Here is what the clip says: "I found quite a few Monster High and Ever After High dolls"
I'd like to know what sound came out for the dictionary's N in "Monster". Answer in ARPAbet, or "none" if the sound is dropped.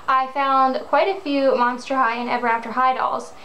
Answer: N